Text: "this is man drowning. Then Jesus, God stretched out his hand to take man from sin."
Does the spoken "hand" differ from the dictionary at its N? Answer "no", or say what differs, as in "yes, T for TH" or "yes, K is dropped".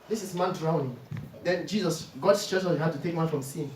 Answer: yes, N is dropped